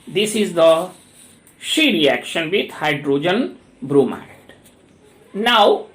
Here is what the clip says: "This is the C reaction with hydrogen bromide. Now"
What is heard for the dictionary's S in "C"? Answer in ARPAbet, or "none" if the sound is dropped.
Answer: SH